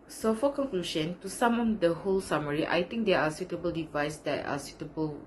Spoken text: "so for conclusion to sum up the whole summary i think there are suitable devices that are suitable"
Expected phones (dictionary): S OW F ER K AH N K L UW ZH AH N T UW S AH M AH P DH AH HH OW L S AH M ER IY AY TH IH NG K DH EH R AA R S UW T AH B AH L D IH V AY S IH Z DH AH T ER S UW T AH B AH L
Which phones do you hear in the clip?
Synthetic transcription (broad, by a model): S OW F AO K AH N K L UW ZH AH N T UW S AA M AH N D AH HH OW L S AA M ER IY AY T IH NG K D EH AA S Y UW T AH B AH L D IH V AY S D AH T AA S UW T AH B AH L